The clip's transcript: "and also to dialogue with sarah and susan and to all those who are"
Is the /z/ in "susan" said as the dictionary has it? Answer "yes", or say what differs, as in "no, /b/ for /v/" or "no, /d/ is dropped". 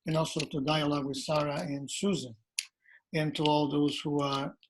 yes